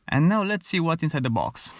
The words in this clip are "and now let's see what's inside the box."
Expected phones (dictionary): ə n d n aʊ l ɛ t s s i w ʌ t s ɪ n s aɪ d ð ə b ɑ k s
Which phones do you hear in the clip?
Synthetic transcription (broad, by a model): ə n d n aʊ l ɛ t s s i w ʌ t ɪ n s aɪ d ð ə b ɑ k s